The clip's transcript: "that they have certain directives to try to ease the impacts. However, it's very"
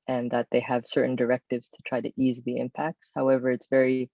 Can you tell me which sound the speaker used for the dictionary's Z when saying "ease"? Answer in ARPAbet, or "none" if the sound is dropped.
Z